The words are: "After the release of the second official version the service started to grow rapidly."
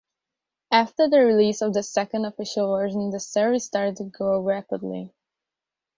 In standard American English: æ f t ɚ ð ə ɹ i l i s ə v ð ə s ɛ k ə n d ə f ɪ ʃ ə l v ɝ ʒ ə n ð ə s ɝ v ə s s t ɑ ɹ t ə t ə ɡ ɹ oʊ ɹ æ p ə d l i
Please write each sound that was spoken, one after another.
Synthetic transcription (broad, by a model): æ f t ɚ ð ə ɹ i l i s ə v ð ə s ɛ k ə n d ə f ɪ ʃ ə l v ɝ ʒ ə n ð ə s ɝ ə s s t ɑ ɹ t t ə ɡ oʊ ɹ æ p ə d l i